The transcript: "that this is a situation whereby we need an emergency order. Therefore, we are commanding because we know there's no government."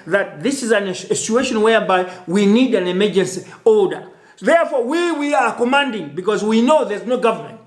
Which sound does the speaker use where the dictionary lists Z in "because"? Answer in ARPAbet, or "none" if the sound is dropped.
Z